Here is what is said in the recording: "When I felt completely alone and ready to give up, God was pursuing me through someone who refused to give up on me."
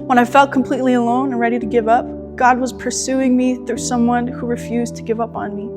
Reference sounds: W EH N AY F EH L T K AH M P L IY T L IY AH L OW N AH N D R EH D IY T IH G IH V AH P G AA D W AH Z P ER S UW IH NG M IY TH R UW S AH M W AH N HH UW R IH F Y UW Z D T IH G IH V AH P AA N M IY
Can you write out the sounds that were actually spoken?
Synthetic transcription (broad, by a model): W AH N AY F EH L T K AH M P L IY T L IY AH L OW N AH N R EH D IY T IH G IH V AH P G AA D W AH Z P ER S UW IH NG M IY TH R UW S AH M W AH N HH UW R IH F Y UW Z T IH G IH V AH P N M IY